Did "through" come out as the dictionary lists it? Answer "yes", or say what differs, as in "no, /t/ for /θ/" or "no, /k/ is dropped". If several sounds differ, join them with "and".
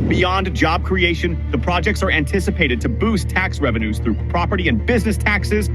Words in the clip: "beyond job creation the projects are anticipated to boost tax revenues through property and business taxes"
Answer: yes